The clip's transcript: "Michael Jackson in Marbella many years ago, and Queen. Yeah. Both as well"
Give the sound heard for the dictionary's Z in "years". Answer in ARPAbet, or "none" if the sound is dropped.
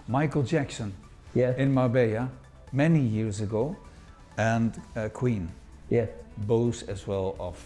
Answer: Z